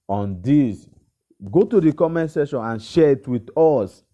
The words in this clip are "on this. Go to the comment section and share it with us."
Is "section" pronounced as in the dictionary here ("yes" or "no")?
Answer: no